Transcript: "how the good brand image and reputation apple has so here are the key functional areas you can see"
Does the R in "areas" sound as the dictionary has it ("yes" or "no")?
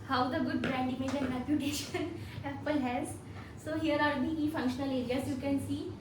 no